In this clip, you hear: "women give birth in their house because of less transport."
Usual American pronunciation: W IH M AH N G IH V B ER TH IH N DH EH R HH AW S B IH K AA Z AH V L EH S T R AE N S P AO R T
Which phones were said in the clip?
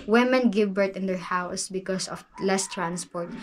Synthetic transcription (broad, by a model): W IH M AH N G IH V B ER T IH N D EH R HH AW S B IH K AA S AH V L EH S T R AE N S P AO R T